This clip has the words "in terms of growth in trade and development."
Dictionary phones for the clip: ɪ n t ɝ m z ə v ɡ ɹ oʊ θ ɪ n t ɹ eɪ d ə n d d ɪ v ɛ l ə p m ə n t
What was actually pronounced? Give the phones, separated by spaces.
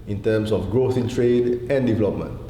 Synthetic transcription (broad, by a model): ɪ n t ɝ m s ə f ɡ ɹ oʊ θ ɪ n t ɹ eɪ d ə n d d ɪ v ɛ l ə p m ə n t